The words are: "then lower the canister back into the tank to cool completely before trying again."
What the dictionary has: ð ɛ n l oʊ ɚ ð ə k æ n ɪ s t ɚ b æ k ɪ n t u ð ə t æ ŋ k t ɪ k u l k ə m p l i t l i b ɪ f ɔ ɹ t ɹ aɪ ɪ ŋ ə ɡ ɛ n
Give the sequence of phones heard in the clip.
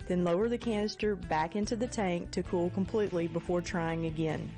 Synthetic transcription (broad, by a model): ð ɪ n l oʊ ɚ ð ə k æ n ɪ s t ɚ b æ k ɪ n t u ð ə t æ ŋ k t ɪ k u l k ə m p l i t l i b ɪ f ɔ ɹ t ɹ aɪ ɪ ŋ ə ɡ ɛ n